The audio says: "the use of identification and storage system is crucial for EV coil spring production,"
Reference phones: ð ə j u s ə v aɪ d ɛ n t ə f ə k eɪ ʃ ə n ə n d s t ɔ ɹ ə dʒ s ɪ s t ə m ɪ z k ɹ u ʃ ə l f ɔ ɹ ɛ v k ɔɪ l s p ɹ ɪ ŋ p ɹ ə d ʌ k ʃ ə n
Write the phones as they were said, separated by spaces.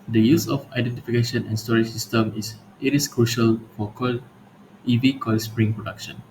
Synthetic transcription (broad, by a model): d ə j u s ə f aɪ d ɛ n t ə f ə k eɪ ʃ ə n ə n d s t ɔ ɹ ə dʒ s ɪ s t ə m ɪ s k ɹ u ʃ ə l f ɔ l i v k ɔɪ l s p ɹ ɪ ŋ p ɹ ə d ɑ k ʃ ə n